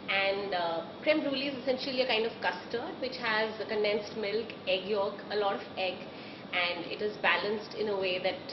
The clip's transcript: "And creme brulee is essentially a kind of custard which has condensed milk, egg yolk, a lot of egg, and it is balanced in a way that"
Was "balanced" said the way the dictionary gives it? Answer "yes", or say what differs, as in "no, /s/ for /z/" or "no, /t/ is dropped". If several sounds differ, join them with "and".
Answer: yes